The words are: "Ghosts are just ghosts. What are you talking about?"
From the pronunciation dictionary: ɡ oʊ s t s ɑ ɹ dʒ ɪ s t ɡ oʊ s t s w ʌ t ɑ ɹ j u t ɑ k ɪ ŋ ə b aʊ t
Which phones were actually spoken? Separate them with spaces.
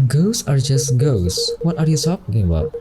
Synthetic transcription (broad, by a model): ɡ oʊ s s ɑ ɹ dʒ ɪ s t ɡ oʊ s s w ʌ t ɑ ɹ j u s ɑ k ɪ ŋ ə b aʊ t